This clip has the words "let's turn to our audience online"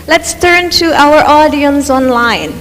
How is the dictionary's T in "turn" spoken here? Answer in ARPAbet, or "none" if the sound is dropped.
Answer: T